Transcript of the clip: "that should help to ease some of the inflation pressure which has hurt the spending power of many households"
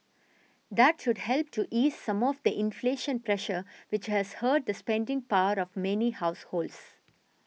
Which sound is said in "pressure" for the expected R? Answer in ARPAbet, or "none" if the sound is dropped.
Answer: R